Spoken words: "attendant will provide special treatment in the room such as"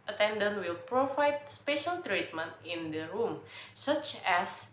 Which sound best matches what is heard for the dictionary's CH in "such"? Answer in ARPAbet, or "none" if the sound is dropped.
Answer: CH